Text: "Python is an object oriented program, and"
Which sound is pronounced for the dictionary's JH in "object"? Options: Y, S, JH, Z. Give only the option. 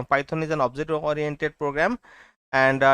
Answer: Z